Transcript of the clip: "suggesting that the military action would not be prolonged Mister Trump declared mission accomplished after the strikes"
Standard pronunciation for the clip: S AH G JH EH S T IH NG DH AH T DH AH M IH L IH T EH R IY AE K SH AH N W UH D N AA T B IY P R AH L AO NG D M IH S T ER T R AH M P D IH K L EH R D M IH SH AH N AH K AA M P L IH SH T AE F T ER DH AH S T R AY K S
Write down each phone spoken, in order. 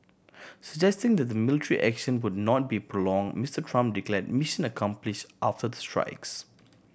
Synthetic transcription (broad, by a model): S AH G JH EH S T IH NG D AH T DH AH M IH L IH T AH R IY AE K SH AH N W UH D N AA T B IY P R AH L AO NG M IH S T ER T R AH M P D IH K L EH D M IH SH AH N AH K AA M P L IH SH T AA F T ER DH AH S T R AY K S